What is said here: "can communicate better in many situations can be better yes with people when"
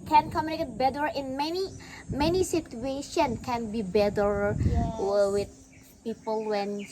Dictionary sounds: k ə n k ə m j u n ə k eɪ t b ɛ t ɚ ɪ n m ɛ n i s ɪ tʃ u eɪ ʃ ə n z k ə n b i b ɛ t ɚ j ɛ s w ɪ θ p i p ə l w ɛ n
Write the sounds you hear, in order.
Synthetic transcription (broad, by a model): k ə n k ə m j u n ə k eɪ t b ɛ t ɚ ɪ n m ɛ n i s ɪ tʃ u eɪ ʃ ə n k ə n b i b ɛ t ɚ w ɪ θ p i p ə l w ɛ n